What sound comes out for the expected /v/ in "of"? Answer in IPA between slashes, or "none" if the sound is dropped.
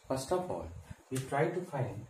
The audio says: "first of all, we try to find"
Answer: /p/